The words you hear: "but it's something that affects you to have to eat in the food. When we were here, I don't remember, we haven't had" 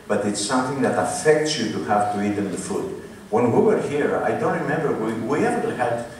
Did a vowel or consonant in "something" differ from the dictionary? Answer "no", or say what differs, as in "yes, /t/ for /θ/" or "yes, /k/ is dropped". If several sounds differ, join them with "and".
no